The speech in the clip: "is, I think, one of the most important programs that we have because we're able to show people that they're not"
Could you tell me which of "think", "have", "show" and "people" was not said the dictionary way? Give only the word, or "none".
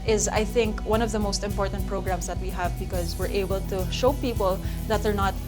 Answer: none